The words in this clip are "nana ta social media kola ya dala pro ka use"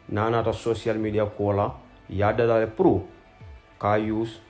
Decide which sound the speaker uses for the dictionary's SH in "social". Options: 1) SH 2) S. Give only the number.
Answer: 2